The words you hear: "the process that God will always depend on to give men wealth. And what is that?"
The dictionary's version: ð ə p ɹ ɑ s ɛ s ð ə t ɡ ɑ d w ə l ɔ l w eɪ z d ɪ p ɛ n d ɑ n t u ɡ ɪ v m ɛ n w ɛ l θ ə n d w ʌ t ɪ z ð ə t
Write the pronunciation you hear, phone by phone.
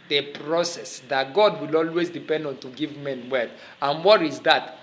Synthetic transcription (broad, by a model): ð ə p ɹ ɑ s ɛ s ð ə t ɡ ɑ d w ə l ɔ l w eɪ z d ɪ p ɛ n d ɑ n t u ɡ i v m ɛ n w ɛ θ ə n w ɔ t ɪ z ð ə t